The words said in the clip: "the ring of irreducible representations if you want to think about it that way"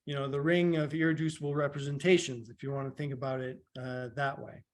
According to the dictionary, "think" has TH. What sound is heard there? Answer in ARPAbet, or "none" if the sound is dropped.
TH